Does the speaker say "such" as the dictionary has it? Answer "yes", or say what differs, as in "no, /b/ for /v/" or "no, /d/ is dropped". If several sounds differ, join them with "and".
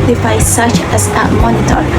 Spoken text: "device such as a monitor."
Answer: yes